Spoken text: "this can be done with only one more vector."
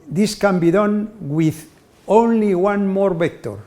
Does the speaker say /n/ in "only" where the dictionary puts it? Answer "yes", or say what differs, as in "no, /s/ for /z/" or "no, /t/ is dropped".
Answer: yes